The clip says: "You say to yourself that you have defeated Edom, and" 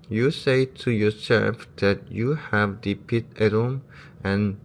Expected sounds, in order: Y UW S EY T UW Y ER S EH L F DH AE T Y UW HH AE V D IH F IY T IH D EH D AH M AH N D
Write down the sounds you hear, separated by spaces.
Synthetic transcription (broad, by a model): Y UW S EY T UW Y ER S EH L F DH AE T Y UW HH AE V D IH P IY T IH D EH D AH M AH N